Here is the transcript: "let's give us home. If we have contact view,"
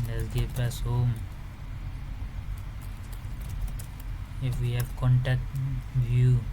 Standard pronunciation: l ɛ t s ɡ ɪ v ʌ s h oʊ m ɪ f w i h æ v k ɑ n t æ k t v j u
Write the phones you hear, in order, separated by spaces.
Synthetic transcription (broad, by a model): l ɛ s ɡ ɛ p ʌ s h oʊ m ɪ f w i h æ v k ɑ n t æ k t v j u